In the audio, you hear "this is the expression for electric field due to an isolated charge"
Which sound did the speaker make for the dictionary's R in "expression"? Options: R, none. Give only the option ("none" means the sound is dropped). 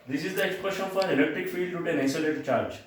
R